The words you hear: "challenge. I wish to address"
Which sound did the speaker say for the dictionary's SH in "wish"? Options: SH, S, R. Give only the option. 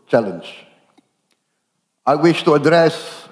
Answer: SH